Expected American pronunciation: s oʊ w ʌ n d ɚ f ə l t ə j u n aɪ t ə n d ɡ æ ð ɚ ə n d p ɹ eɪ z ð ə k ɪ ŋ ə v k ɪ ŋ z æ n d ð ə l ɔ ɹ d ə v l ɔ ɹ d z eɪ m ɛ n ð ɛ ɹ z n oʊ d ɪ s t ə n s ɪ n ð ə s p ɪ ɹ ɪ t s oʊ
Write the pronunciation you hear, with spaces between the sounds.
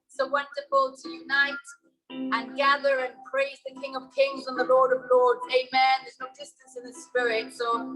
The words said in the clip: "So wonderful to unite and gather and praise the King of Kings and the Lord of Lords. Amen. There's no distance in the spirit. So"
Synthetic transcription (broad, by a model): s oʊ w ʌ n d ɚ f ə l t ə j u n aɪ t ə n ɡ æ ð ɚ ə n p ɹ eɪ z ð ə k ɪ ŋ ə v k ɪ ŋ z n ð ə l ɔ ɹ d ə v l ɔ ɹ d eɪ m ɛ n ð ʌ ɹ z n oʊ d ɪ s t ə n s ɪ n ð ə s p ɪ ɹ ɪ t s oʊ